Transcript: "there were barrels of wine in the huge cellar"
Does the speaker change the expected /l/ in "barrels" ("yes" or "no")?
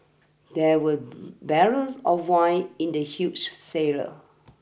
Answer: yes